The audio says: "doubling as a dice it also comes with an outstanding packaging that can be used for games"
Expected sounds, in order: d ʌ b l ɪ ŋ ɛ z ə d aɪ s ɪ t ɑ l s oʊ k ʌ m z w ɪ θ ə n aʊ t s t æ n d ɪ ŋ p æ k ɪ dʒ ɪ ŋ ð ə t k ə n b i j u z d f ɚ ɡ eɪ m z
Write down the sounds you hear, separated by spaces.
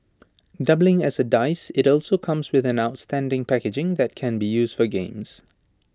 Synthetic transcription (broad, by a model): d ʌ b l ɪ ŋ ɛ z ə d aɪ s ɪ t ɑ l s oʊ k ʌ m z w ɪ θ ə n aʊ t s t æ n d ɪ ŋ p æ k ɪ dʒ ɪ ŋ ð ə t k ə n b i j u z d f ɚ ɡ eɪ m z